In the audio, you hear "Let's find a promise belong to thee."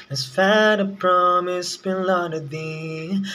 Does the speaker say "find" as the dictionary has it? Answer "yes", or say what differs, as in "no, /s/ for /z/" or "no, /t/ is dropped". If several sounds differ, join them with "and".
no, /n/ is dropped